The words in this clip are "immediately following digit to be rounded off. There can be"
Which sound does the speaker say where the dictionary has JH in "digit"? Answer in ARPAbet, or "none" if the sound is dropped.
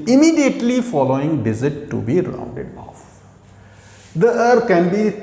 Z